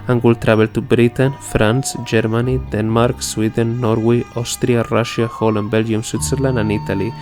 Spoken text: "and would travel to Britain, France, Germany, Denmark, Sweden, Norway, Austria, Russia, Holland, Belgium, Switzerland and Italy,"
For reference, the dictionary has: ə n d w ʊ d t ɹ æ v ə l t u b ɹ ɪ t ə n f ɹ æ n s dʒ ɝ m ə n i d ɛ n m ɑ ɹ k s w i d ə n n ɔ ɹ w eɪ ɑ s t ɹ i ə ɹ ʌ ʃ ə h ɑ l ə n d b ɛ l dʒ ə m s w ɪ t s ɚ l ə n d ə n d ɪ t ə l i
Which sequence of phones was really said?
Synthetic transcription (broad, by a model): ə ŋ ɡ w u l t ɹ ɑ b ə l t u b ɹ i t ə n f ɹ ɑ n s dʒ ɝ m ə n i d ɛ n m ɑ ɹ k s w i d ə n n ɔ ɹ w eɪ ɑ s t ɹ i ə ɹ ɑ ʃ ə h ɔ l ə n b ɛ l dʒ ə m s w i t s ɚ l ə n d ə n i t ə l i